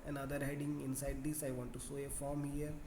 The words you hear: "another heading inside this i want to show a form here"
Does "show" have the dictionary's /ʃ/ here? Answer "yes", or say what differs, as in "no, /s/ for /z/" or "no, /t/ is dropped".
no, /s/ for /ʃ/